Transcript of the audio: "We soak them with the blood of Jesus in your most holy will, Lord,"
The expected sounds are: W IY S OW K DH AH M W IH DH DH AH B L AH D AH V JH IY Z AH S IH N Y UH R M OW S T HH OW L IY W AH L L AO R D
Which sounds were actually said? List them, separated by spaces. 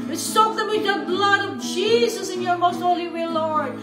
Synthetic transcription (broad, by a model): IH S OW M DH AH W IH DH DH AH B L AH D AH V JH IY Z AH S IH N Y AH R M OW S T HH OW L IY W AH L L AO R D